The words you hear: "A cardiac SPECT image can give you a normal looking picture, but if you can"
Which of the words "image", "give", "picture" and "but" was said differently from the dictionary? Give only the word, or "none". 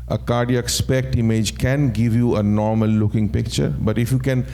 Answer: none